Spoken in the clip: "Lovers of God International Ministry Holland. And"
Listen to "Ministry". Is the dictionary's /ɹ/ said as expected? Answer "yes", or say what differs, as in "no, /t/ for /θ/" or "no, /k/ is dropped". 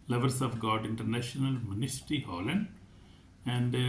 no, /ɹ/ is dropped